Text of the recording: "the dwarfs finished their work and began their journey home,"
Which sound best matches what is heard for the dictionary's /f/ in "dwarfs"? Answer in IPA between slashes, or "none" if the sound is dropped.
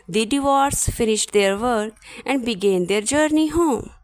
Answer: none